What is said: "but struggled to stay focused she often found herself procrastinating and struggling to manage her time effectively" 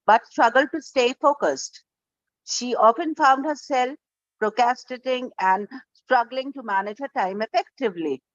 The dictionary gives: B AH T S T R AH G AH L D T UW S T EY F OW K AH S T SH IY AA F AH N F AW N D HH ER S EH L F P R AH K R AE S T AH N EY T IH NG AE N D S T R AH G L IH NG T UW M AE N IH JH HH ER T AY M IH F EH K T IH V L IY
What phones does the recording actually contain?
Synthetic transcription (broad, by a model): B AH T S T R AH G AH L D T UW S T EY F OW K AH S T SH IY AA F AH N F AW N D HH ER S EH L F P R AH K AE S T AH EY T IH NG AE N D S T R AH G L IH NG T UW M AE N IH JH HH ER T AY M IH F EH K T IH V L IY